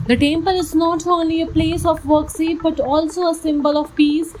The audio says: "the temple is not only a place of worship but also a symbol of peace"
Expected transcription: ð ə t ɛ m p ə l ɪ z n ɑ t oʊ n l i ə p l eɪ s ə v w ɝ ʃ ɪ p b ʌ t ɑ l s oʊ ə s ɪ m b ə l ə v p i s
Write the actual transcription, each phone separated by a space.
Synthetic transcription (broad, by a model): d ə t ɛ m p ə l ɪ z n ɑ t oʊ n l i ə p l eɪ s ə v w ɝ s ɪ b ʌ t ɑ l s oʊ ə s ɪ m b ə l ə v p i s